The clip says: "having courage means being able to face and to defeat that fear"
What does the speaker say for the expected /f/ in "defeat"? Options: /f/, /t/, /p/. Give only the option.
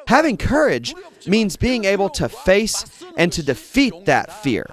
/f/